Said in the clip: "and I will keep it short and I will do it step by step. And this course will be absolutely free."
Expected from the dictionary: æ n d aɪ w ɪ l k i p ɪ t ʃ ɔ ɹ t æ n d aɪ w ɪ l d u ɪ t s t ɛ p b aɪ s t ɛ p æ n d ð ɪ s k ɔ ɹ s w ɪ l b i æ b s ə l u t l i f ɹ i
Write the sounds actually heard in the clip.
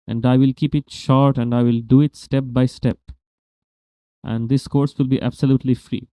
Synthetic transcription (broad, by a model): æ n d aɪ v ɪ l k i p ɪ t ʃ ɔ ɹ t æ n d aɪ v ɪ l d u ɪ t s t ɛ p b aɪ s t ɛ p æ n d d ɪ s k ɔ ɹ s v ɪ l b i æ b s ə l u t l i f ɹ i